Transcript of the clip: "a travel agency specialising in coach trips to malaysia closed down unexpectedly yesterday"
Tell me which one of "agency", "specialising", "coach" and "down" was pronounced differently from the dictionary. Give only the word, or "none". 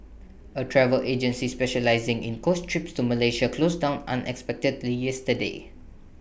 coach